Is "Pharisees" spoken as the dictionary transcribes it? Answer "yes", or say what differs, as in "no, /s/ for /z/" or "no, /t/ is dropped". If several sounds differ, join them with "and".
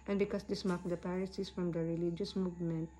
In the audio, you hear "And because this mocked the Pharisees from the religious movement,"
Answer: no, /p/ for /f/ and /s/ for /z/